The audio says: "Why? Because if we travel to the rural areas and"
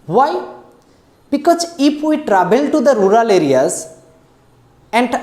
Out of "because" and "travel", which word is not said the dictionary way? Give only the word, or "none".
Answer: travel